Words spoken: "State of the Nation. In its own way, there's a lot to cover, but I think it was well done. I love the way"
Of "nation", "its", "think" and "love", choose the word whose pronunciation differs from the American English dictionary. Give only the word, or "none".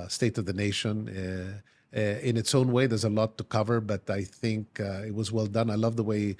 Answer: none